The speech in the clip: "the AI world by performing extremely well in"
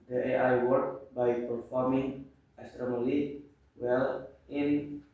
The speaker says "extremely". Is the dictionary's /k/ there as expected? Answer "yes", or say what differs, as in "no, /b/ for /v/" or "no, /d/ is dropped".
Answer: no, /k/ is dropped